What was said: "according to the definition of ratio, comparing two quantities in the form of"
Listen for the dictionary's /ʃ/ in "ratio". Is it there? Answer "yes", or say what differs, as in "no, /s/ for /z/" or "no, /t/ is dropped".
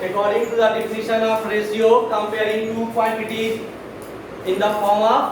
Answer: no, /s/ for /ʃ/